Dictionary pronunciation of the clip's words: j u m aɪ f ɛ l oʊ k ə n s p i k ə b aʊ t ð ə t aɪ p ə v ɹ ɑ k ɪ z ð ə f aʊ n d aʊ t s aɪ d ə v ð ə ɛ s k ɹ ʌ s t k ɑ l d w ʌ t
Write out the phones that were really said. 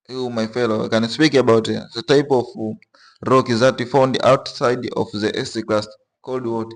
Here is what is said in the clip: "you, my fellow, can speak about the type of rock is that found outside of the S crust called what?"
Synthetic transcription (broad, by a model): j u m aɪ f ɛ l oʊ k ə n s p i k ə b aʊ t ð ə t aɪ p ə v ɹ ɑ k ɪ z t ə f aʊ n d aʊ t s aɪ d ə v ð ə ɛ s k l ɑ s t k ɑ l d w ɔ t